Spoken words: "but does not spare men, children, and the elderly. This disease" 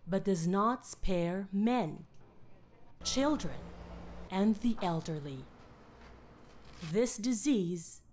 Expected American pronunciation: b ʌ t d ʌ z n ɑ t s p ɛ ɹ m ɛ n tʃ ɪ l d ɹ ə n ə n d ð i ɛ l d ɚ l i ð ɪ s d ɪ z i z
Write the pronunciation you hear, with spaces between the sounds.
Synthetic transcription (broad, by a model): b ʌ t d ʌ z n ɑ t s p ɛ ɹ m ɛ n tʃ ɪ l d ɹ ə n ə n ð i ɛ l d ɚ l i ð ɪ s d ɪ z i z